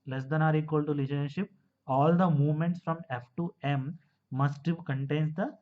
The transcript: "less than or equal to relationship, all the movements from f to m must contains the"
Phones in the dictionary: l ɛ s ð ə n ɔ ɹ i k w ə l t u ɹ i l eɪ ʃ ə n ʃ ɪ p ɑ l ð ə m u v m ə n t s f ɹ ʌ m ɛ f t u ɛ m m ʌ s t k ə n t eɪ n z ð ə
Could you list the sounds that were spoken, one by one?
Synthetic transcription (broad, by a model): l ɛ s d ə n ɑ ɹ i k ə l t u l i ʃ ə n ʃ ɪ p ɑ l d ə m u v m ə n t s f ɹ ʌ m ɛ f t u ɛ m m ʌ s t k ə n t eɪ n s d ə